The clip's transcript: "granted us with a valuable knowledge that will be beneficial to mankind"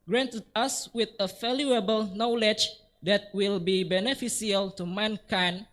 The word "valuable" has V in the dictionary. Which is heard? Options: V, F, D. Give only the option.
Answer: F